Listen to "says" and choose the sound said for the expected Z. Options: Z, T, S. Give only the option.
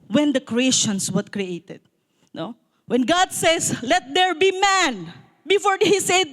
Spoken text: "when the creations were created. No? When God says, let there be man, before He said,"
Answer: S